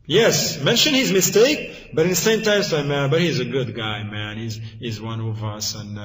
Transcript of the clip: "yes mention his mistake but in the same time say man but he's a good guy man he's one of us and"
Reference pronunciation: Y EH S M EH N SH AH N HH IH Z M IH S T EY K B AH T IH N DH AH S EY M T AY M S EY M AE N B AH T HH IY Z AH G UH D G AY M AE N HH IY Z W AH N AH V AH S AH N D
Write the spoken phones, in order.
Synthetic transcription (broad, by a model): Y EH S M EH N SH AH N HH IH Z M IH S T EY K B AH T IH N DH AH S EY M T AY M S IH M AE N B AH T HH IY Z AH G UH D G AY M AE N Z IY Z W AH N AH V AH S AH N